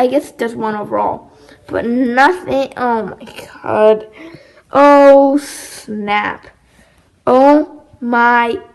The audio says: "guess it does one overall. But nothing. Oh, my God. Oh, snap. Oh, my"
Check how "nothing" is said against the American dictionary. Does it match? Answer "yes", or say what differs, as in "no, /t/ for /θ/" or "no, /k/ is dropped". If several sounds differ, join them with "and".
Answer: yes